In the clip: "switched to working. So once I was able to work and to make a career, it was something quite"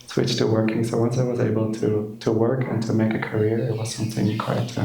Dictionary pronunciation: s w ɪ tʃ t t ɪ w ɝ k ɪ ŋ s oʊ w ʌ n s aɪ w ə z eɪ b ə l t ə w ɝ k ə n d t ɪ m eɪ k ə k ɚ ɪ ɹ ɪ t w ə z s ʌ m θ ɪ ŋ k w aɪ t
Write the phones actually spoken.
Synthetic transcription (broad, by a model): s w ɪ tʃ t t ɪ w ɝ k ɪ ŋ s oʊ w ʌ n s aɪ w ə z eɪ b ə l t ə w ɝ k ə n t ɪ m eɪ k ə k ɚ ɪ ɹ ɪ t w ə z s ʌ m θ ɪ ŋ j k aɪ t